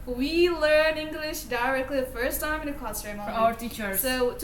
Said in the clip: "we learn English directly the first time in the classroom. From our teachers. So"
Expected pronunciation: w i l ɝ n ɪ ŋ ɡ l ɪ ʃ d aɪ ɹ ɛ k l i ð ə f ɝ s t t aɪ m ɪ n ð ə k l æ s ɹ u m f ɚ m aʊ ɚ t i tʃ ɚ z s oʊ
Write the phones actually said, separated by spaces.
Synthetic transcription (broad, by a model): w i l ɝ n ɪ ŋ ɡ l ɪ ʃ d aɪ ɹ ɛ k l i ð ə f ɝ s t t aɪ m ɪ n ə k ɔ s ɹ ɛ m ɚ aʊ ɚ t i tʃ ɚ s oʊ